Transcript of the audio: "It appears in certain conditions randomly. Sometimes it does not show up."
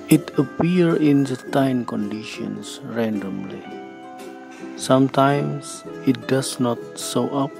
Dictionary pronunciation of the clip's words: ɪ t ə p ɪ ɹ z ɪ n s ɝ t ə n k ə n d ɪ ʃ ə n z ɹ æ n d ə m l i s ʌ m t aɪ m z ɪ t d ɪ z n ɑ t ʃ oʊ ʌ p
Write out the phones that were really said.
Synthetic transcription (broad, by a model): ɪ t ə p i ɹ ɪ n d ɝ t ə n k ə n d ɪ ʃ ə n s ɹ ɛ n d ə m l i s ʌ m t aɪ m s ɪ t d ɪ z n ɑ t s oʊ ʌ p